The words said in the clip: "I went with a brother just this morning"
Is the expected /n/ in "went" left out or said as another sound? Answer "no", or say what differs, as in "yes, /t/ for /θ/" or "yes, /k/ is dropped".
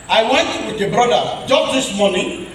no